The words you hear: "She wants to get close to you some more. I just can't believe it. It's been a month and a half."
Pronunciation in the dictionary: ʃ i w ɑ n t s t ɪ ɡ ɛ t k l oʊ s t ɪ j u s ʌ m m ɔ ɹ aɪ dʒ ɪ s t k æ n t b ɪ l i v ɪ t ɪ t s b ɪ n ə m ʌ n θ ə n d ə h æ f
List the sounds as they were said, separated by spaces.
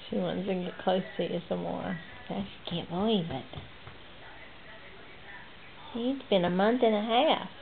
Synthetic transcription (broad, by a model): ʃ i w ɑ n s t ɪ ɡ ɛ t k l oʊ s t ɪ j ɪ s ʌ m m ɔ ɹ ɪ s k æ n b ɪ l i b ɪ t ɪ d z b ɪ n ə m ʌ n θ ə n ə h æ f